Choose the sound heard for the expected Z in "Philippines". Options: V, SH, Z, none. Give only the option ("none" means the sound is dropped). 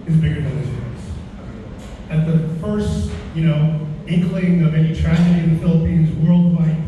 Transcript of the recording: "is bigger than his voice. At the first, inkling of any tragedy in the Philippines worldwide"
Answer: Z